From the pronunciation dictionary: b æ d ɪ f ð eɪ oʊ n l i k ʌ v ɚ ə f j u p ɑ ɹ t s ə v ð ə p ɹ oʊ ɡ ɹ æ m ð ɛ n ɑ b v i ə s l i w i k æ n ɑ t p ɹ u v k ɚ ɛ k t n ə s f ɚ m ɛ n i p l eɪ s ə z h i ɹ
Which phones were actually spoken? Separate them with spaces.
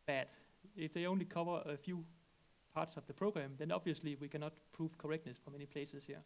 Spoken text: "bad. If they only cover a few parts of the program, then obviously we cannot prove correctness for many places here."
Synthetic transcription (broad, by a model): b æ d ɪ f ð eɪ oʊ n l i k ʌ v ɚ ə f j u p ɑ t s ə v ð ə p ɹ oʊ ɡ ɹ æ m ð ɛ n ɑ b v i ə s l i w i k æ n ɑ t p ɹ u v k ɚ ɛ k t n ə s f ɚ m ɛ n i p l eɪ s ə s h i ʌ